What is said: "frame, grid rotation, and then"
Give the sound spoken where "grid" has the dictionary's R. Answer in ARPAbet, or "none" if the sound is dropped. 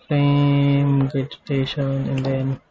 none